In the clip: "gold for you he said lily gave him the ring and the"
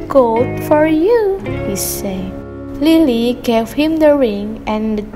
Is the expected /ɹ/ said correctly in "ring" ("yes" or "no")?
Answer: yes